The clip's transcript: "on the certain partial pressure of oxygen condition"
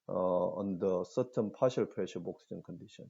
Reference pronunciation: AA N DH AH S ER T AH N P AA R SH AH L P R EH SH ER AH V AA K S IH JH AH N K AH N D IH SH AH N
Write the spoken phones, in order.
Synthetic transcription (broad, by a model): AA N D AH S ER T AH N P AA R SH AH L P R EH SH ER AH B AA K S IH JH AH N K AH N D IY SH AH N